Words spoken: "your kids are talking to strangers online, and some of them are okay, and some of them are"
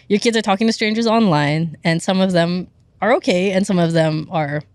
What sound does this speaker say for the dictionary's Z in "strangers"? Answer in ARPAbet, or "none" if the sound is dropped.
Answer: Z